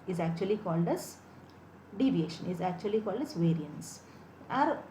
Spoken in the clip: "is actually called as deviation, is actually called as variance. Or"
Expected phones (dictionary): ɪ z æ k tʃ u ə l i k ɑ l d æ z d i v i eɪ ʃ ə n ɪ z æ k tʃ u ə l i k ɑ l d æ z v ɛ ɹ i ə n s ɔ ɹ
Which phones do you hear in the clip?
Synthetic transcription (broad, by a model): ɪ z æ k tʃ u ə l i k ɑ l d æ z d i v i eɪ ʃ ə n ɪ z æ k tʃ u ə l i k ɑ l d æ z v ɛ ɹ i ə n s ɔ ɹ